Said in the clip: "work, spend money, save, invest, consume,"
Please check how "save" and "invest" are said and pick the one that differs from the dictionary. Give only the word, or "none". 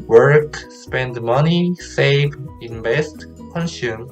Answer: invest